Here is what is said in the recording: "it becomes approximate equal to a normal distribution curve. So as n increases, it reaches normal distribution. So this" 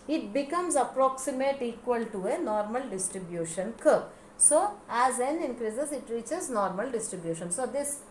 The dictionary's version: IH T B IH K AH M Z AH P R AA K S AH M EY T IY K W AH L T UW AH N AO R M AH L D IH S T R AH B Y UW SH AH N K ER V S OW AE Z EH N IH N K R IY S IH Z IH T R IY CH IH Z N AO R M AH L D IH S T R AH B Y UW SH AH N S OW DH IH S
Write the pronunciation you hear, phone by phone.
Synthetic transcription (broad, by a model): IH T B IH K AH M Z AH P R AA K S AH M EY T IY K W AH L T UW AH N AO R M AH L D IH S T R AH B Y UW SH AH N K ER P S OW AE Z EH N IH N K R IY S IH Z IH T R IY CH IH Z N AO R M AH L D IH S T R AH B Y UW SH AH N S OW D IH S